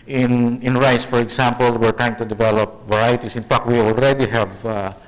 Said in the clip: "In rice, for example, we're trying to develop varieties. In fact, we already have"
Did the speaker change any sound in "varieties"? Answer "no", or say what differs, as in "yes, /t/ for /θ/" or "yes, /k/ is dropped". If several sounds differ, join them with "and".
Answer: yes, /s/ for /z/